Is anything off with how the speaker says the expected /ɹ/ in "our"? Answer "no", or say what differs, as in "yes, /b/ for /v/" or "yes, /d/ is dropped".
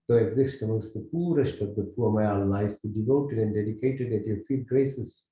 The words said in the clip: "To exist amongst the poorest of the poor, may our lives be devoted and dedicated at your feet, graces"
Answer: yes, /l/ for /ɹ/